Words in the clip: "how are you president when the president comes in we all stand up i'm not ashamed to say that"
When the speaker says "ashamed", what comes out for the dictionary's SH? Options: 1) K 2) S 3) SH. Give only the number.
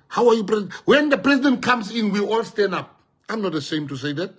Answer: 2